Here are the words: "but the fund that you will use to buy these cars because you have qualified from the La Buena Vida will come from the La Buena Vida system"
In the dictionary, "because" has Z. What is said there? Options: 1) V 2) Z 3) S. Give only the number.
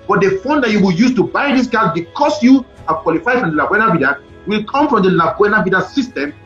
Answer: 3